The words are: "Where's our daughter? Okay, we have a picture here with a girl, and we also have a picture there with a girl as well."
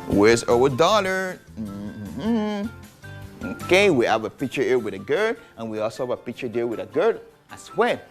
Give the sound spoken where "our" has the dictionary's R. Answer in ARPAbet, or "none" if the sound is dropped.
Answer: W